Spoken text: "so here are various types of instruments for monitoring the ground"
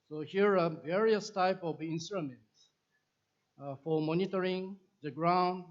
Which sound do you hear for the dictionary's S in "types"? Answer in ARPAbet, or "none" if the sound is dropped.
none